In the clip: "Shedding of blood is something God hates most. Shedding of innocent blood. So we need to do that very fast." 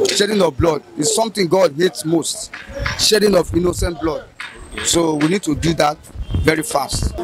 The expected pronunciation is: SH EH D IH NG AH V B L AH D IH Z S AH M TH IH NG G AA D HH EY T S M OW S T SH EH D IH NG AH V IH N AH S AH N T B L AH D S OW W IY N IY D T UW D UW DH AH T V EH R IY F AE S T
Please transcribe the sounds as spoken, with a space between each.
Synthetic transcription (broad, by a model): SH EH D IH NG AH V B L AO D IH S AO M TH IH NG G AA D HH EY T S M OW S T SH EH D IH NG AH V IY N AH S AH N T B L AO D S OW W IY N IY D T UW D UW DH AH T V EH R IY F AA S T